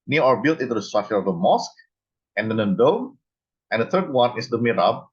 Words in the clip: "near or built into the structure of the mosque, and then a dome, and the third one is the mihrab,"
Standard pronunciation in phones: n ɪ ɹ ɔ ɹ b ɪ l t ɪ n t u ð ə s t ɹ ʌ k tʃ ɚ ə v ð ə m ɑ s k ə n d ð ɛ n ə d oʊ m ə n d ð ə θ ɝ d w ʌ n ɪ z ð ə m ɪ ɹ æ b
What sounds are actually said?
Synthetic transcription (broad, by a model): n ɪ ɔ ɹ b ɪ l t ɪ n t u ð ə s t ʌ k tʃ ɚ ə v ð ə m ɑ s k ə n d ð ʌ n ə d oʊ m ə n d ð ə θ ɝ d w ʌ n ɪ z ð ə m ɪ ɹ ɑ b